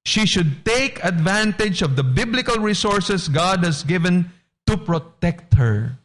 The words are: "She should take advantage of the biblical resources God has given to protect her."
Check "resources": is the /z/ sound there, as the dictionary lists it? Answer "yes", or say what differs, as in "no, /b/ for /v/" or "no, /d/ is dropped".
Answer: no, /s/ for /z/